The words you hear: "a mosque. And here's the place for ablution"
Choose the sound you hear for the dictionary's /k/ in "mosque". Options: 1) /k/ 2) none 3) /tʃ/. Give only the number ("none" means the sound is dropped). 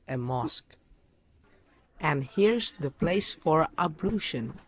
1